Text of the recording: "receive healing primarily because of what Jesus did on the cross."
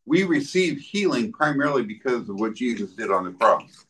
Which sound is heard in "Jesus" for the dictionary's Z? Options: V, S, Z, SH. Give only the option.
Z